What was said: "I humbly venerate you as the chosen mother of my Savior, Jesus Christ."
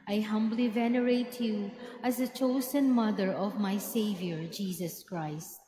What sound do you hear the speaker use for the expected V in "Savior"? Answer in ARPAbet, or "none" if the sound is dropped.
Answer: V